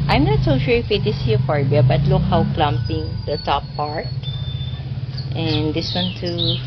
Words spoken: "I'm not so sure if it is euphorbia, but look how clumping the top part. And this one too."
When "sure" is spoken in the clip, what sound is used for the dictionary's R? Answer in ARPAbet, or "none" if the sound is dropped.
L